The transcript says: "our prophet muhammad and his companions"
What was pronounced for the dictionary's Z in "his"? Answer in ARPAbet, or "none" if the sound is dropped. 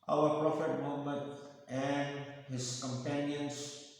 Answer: S